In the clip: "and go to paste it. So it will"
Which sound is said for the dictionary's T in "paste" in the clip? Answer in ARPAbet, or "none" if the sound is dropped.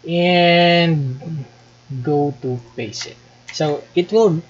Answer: none